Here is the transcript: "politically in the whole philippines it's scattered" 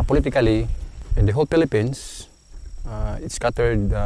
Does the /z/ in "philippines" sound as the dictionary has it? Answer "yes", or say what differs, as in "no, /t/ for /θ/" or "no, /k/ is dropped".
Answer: no, /s/ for /z/